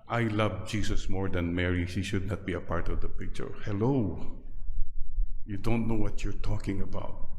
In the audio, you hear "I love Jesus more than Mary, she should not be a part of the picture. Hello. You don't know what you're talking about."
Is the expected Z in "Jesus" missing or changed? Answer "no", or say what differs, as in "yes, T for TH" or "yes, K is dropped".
yes, S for Z